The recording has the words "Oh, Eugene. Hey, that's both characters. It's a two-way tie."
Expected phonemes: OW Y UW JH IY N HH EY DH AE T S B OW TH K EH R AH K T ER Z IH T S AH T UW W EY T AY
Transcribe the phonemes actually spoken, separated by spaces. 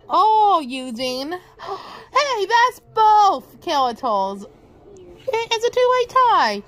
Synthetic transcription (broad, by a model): OW Y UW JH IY N HH EY DH AE T S B OW TH K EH L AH T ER Z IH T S AH T UW W EY T AY